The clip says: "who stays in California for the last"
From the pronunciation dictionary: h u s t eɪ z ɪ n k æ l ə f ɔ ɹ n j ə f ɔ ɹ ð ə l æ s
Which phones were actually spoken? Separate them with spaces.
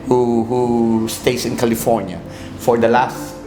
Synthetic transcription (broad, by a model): h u s t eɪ s ɪ n k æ l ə f ɔ ɹ n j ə f ɔ ɹ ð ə l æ s